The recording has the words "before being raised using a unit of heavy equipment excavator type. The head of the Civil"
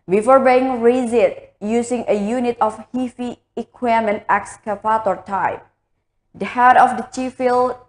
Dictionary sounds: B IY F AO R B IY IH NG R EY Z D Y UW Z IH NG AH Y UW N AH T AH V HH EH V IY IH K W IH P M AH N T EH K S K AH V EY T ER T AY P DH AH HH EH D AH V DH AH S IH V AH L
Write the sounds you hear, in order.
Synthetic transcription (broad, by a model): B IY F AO R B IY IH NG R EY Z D Y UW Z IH NG AH Y UW N AH T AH F HH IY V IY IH K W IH M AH N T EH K S K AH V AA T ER T AY P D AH HH EH D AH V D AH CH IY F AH L